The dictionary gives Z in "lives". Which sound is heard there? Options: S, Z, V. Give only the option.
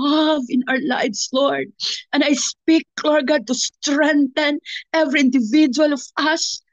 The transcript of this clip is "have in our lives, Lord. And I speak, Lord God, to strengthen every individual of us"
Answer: S